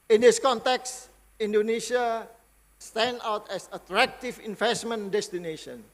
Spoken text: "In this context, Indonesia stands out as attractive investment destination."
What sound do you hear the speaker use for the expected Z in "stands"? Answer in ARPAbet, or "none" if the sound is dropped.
none